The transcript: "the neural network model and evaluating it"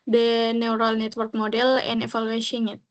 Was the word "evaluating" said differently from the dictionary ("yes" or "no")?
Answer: yes